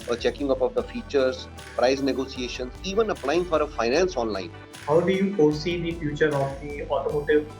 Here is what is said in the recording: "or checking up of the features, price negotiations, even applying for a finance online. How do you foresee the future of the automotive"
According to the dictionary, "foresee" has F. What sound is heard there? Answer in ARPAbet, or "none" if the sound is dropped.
P